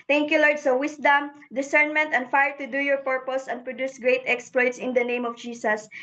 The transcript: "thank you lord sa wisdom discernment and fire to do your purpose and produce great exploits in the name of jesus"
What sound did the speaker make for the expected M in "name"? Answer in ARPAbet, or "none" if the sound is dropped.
M